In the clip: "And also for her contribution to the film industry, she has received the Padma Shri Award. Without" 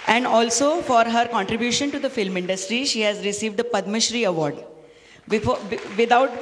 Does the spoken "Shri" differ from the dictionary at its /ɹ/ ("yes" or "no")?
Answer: no